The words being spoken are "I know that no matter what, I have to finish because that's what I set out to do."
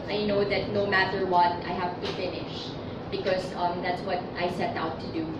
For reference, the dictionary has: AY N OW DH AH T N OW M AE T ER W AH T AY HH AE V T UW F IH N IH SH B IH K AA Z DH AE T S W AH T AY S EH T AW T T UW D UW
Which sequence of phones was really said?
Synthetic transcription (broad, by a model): AY N OW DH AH T N OW M AE T ER W AH T AY HH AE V T UW F IH N IH SH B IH K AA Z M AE T S W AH T AY S EH T AW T T UW D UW